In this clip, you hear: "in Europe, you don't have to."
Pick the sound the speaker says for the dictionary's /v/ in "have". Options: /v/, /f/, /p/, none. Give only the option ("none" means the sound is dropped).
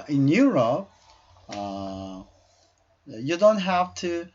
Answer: /f/